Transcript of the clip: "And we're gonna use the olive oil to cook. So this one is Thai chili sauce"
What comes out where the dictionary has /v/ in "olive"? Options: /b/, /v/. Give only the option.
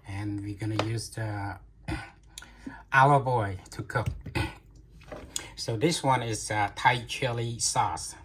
/b/